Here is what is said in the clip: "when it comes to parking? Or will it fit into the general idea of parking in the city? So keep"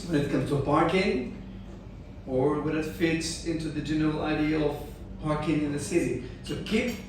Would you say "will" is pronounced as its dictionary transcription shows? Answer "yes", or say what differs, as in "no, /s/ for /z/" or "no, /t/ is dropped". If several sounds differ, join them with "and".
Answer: no, /n/ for /l/